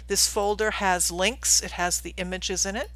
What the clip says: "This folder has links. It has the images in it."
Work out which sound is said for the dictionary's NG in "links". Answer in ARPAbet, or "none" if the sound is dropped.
NG